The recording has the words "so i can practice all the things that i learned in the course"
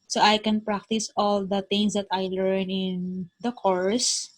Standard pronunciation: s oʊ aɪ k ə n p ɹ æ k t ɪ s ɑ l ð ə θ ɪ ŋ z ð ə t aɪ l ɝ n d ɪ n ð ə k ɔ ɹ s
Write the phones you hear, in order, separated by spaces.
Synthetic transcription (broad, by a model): s oʊ aɪ k ə n p ɹ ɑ k t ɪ s ɑ l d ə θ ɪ ŋ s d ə t aɪ l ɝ n ɪ n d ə k ɔ ɹ s